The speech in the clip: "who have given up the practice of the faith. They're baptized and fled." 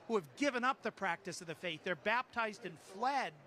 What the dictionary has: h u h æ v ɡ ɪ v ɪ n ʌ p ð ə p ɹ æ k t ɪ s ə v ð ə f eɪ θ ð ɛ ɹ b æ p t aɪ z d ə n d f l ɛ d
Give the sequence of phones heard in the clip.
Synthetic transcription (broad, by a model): h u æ v ɡ ɪ v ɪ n ʌ p ð ə p ɹ æ k t ɪ s ə v ð ə f eɪ θ ð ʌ ɹ b æ p t aɪ z d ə n f l ɛ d